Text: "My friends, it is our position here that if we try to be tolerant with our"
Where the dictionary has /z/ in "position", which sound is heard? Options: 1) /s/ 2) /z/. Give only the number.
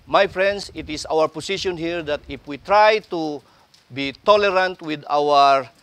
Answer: 1